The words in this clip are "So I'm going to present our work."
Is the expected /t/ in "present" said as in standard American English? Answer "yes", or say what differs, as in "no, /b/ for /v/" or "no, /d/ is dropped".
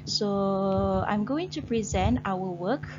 yes